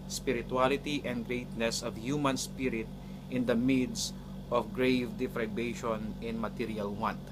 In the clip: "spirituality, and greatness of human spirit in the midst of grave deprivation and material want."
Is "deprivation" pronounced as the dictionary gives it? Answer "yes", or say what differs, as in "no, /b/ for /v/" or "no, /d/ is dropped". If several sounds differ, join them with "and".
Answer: no, /f/ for /p/ and /b/ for /v/